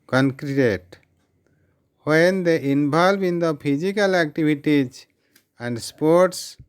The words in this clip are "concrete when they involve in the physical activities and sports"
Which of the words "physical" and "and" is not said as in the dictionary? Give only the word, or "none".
physical